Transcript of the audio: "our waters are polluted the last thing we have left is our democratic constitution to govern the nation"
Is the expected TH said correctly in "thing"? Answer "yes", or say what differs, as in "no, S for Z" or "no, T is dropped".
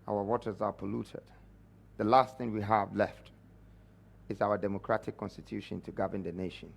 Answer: yes